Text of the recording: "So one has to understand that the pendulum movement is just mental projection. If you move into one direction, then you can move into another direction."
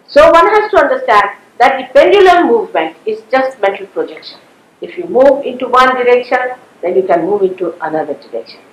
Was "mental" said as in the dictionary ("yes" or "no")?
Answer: no